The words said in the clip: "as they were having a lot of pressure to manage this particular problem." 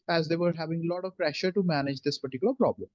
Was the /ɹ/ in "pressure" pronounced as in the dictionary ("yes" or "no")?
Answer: yes